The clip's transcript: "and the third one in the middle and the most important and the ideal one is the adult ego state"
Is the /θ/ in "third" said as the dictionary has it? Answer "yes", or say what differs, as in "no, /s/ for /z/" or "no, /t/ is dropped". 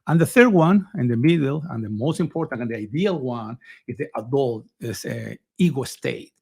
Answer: yes